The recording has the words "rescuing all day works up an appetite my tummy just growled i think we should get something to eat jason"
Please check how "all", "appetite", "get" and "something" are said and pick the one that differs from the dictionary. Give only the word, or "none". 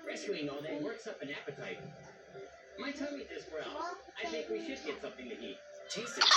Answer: none